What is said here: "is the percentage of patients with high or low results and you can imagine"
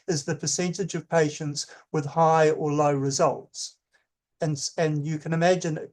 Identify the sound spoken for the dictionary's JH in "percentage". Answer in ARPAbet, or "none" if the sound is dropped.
JH